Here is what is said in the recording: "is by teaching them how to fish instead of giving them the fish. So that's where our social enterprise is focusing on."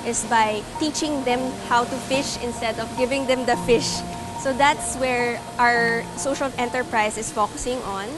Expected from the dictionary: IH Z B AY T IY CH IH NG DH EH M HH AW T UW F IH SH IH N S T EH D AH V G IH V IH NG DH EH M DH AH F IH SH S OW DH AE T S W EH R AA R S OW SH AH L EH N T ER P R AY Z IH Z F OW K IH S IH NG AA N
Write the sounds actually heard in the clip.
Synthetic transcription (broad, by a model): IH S B AY T IY CH IH NG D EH M HH AW T UW F IH SH IH N S T EH D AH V G IH V IH NG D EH M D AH F IH SH S OW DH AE T S W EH R AA R S OW SH AH L EH N T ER P R AY S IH S F OW K IH S IH NG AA N